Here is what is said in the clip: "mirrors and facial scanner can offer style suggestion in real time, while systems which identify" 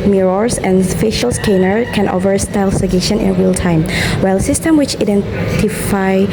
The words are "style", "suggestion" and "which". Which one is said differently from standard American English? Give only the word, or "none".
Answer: suggestion